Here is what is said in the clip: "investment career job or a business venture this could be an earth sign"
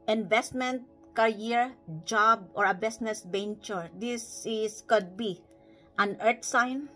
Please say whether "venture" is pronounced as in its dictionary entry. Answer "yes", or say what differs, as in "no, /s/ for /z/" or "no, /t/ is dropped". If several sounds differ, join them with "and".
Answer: no, /b/ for /v/